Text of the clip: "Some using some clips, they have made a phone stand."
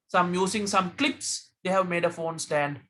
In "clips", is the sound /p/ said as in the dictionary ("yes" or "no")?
yes